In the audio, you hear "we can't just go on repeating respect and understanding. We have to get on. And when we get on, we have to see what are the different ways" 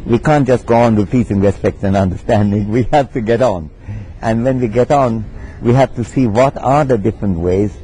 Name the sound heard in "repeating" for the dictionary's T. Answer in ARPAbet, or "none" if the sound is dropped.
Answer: S